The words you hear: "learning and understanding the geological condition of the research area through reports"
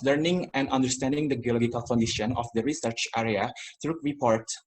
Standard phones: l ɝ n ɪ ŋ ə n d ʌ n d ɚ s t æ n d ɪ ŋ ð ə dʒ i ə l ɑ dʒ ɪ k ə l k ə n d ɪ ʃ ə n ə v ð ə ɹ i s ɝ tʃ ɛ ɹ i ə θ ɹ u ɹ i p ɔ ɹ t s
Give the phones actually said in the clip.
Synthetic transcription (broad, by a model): l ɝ n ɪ ŋ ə n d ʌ n d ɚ s t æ n d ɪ ŋ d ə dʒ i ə l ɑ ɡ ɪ k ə l k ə n d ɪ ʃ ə n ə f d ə ɹ i s ɝ tʃ ɛ ɹ i ə t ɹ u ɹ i p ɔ ɹ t